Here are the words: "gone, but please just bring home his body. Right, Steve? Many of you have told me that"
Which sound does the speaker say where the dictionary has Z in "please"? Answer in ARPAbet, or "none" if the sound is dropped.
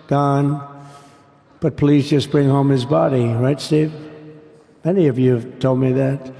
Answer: Z